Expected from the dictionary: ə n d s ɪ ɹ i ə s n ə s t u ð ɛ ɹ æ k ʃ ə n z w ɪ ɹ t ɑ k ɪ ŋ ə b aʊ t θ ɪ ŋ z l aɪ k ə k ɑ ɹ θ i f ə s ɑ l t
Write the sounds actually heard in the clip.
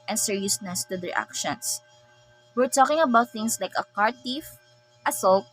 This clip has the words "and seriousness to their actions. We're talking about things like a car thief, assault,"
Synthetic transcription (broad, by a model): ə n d s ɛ ɹ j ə s n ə s t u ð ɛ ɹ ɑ k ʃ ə n s w ɪ ɹ t ɑ k ɪ ŋ ə b aʊ t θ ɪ ŋ s l aɪ k ə k ɑ ɹ t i f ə s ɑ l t